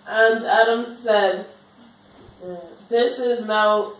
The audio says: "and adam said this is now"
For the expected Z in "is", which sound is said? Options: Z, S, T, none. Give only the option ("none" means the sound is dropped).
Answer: Z